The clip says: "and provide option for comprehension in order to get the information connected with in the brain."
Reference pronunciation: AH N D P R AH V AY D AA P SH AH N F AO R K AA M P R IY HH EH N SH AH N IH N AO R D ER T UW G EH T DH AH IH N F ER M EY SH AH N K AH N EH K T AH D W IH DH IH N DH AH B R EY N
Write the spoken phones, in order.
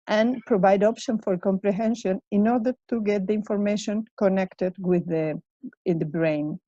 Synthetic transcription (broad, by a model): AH N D P R AH V AY D AA P SH AH N F AO R K AA M P R IY HH EH N SH AH N IH N AO R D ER T UW G EH T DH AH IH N F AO M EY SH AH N K AH N EH K T AH D W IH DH IH N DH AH B R EY N